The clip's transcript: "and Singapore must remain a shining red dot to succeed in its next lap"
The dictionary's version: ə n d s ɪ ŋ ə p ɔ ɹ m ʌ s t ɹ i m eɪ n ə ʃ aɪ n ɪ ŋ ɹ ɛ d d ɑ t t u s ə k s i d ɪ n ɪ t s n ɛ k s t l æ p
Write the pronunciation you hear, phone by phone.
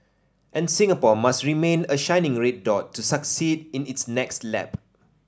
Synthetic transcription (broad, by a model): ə n s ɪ ŋ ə p ɔ m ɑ s t ɹ i m eɪ n ə ʃ aɪ n ɪ ŋ ɹ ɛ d d ɑ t t u s ə k s i d ɪ n ɪ t s n ɛ k s t l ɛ p